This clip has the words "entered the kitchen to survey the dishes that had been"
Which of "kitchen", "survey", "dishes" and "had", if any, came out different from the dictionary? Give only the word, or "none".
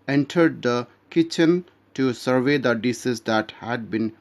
dishes